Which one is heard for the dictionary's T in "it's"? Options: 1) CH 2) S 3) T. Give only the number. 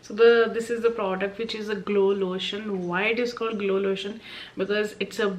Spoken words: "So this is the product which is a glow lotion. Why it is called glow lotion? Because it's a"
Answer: 3